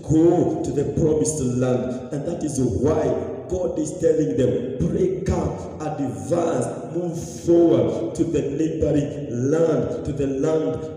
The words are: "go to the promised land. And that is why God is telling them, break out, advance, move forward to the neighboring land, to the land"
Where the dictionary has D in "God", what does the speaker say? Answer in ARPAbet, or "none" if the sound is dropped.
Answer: D